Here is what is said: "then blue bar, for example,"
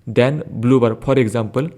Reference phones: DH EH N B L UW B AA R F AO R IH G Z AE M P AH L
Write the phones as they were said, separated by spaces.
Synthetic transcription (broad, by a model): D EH N B L UW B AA R P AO R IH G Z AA M P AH L